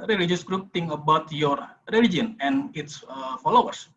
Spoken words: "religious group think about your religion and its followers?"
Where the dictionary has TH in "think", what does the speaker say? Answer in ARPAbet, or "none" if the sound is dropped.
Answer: T